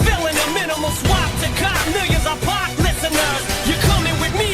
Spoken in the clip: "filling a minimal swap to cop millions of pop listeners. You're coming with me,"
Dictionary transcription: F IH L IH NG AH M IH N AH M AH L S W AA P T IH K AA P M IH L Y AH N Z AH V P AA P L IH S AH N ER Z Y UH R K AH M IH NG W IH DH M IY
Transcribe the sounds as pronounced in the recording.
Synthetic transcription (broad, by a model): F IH L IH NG AH M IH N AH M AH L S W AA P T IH K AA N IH Y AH Z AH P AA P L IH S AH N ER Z Y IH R K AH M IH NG W IH DH M IY